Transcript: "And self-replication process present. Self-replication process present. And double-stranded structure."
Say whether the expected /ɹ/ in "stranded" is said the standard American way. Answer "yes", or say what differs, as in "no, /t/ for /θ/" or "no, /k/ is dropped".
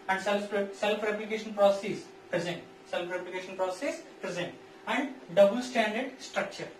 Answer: no, /ɹ/ is dropped